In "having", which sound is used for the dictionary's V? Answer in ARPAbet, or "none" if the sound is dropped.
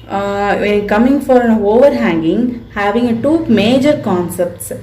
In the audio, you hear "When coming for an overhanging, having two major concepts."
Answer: V